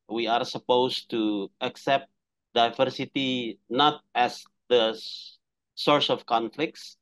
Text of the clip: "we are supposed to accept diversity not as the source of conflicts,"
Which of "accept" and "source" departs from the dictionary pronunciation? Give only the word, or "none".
none